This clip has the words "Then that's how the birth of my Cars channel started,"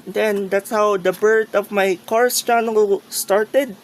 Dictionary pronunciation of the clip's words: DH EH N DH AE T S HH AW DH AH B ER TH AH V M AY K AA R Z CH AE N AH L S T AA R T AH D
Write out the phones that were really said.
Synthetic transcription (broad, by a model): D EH N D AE T S HH AW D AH B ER T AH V M AY K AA R S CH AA N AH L S T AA R T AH D